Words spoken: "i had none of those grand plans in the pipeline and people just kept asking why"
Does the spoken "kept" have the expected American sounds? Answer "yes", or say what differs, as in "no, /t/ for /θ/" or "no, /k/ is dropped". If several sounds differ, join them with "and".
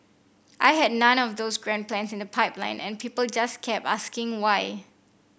no, /t/ is dropped